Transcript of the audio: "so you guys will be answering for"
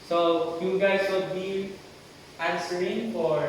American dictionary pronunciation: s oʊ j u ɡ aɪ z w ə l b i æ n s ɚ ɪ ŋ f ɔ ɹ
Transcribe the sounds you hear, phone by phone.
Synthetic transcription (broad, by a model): s oʊ j u ɡ aɪ s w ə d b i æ n s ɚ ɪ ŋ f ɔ ɹ